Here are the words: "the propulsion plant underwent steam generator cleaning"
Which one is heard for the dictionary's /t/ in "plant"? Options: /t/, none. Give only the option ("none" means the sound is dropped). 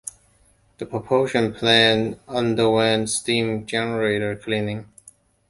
none